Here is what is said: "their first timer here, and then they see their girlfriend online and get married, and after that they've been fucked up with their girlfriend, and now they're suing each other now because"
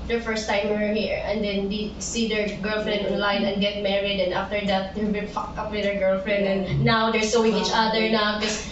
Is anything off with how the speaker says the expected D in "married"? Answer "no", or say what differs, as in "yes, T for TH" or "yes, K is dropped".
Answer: no